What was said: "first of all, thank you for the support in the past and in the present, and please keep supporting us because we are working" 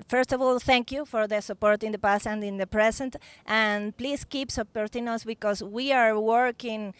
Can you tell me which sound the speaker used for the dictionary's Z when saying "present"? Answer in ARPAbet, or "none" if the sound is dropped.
S